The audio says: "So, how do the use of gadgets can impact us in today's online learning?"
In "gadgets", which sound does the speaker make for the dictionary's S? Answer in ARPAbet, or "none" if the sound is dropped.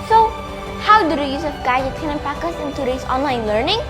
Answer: none